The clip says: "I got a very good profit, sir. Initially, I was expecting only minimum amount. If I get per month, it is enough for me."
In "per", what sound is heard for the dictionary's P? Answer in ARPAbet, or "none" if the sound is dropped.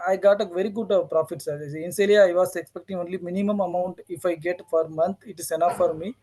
F